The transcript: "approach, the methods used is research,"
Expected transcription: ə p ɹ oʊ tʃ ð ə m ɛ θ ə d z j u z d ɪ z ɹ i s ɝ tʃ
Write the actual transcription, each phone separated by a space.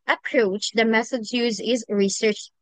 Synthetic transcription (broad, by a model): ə p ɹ oʊ tʃ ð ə m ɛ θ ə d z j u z ɪ z ɹ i s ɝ tʃ